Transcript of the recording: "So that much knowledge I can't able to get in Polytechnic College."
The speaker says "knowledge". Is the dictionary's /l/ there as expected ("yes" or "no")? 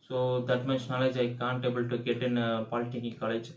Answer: yes